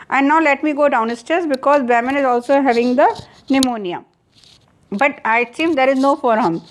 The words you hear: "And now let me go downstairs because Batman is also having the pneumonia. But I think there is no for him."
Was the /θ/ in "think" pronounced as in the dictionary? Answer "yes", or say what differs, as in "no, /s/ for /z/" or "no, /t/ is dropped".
no, /s/ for /θ/